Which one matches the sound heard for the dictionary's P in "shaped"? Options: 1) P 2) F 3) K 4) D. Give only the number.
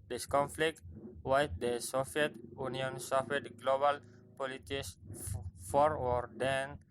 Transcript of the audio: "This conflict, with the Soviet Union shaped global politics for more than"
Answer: 2